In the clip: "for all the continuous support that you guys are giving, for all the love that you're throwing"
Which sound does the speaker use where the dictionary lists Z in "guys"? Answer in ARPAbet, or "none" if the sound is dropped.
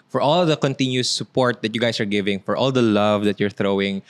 S